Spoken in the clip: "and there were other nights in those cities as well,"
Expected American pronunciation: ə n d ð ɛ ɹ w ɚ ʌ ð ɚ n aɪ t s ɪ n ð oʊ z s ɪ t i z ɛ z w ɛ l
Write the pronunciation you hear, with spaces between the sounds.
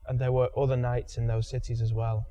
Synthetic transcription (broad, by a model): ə n ð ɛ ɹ w ɚ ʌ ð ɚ n aɪ t s ɪ n ð oʊ z s ɪ t i z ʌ z w ɛ l